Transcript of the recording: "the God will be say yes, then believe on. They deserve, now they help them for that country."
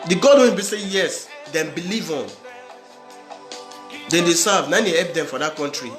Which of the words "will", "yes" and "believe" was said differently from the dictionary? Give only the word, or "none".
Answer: will